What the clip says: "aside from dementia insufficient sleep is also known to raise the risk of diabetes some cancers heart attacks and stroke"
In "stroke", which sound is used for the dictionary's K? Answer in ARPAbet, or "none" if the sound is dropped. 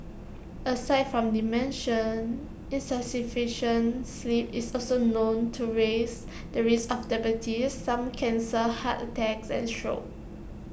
none